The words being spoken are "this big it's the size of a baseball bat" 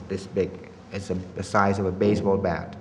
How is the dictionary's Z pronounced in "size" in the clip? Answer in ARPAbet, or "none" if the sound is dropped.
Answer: Z